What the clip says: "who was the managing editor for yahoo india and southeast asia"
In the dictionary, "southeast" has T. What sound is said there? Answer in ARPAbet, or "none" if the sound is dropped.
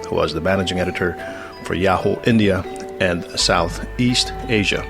T